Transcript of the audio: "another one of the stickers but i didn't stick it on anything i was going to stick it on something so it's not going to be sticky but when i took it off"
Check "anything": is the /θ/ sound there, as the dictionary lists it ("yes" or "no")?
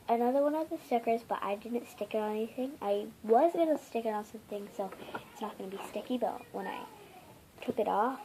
yes